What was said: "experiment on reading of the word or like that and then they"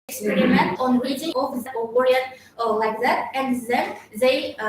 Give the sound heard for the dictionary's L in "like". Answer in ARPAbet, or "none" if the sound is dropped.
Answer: L